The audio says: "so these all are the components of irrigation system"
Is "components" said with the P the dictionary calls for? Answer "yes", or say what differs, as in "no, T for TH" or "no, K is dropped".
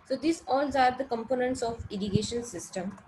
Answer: yes